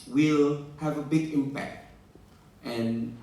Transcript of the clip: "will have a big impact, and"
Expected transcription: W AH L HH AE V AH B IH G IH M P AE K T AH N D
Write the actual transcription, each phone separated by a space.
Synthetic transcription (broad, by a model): W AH L HH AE V AH B IH G IH M P AE K T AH N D